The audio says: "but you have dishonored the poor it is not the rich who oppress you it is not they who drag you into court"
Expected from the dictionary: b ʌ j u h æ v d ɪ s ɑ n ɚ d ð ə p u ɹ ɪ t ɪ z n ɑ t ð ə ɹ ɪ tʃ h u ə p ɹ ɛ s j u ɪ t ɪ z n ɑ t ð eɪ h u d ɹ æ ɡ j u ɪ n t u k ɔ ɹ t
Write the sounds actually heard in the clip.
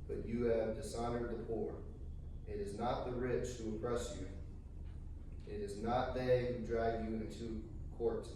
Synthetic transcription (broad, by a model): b ʌ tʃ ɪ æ v d ɪ s ɑ n ɚ d ð ə p u ɹ ɪ t ɪ z n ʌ t ð ə ɹ ɪ tʃ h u ə p ɹ ɛ s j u ɪ t ɪ z n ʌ t ð eɪ h u d ɹ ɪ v j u ɪ n t u k ɔ ɹ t